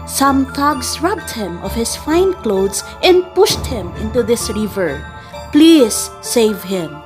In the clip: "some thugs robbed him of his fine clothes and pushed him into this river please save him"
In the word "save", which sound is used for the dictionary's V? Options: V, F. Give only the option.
V